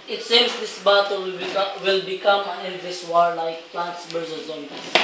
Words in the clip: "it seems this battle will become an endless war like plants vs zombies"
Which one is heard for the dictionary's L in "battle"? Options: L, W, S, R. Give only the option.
W